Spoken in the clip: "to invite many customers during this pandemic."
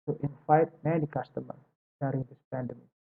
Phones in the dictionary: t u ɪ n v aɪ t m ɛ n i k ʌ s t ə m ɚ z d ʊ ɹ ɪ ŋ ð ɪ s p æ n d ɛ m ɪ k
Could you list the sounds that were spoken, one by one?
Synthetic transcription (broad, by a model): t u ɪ n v aɪ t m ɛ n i k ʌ s t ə m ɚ d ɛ ɹ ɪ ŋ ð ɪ s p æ n d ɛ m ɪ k